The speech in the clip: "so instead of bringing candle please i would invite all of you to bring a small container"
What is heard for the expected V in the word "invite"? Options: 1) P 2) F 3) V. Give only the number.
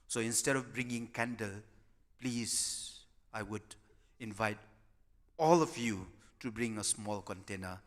3